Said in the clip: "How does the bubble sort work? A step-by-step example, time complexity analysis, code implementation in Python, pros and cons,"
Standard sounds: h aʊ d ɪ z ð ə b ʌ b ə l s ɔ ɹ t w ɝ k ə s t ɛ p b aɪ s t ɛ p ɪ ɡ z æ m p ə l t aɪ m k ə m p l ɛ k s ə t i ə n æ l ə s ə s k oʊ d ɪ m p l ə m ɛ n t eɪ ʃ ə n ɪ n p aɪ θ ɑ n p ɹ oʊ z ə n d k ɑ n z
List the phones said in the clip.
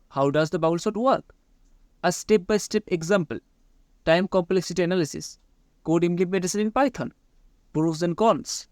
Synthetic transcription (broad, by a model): h aʊ d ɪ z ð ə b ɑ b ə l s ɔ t w ɝ k ə s t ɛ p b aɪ s t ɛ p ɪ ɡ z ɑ m p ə l t aɪ m k ə m p l ɛ k s ə t i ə n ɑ l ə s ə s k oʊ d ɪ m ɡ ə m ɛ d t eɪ s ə ɪ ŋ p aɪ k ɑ n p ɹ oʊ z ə n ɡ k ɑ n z